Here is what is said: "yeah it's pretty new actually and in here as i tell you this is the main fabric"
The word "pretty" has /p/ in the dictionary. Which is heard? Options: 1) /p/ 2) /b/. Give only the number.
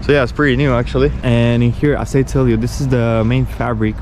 1